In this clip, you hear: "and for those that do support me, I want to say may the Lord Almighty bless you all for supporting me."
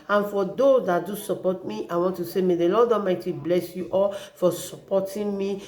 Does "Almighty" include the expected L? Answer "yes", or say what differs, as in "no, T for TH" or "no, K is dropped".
no, L is dropped